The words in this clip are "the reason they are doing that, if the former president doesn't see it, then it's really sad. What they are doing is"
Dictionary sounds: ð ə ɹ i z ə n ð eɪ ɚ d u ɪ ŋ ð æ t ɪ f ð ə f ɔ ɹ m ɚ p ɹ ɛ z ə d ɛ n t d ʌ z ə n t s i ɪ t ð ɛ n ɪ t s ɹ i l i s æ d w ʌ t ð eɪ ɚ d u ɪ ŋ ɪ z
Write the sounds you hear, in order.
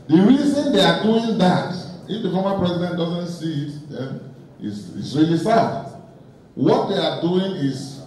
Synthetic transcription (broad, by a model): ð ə ɹ i z ə n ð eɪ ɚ d u ɪ ŋ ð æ t ɪ f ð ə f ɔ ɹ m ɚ p ɹ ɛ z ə d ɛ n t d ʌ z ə n t s i ɪ t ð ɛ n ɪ s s ɹ i l i s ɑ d w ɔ t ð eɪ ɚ d u ɪ ŋ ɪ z